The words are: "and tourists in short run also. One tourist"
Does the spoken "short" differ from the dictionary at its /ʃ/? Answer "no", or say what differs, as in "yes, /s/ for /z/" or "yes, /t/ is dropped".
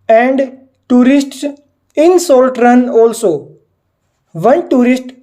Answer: yes, /s/ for /ʃ/